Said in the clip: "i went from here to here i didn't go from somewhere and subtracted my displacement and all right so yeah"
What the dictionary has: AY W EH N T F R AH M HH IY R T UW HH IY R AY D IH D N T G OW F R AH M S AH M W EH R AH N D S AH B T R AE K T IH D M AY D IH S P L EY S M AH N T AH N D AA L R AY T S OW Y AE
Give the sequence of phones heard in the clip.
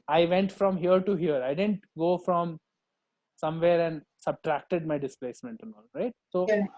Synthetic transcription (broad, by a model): AY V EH N T F R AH M HH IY R T UW HH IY R AY D IH D N T G OW F R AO M S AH M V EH R AH N D S AH B T R AE K T IH D M AY D IH S P L EY S M AH N T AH N AA L R AY T S OW